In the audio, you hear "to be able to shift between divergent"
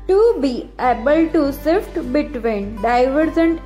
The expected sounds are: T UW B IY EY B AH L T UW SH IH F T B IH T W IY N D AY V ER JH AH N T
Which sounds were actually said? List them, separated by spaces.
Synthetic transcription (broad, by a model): T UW B IY EY B AH L T UW S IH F T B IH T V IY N D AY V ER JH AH N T